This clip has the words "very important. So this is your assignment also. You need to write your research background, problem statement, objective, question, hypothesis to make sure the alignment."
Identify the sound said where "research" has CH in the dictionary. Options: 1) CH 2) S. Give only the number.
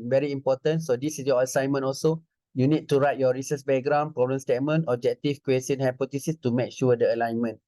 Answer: 2